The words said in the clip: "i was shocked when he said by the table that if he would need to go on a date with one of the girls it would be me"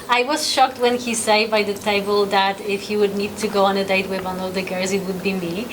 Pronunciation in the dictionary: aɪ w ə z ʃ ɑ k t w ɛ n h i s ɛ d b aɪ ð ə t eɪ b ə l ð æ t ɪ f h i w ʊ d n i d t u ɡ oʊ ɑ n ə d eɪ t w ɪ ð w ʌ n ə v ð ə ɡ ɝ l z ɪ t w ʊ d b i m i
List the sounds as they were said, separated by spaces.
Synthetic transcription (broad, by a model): aɪ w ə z ʃ ɑ k t w ɛ n h i s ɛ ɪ b aɪ ð ə t eɪ b ə l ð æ t ɪ f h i w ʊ d n i d t u ɡ oʊ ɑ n ə d eɪ t w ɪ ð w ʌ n ə v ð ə ɡ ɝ z ɪ t w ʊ d b i m i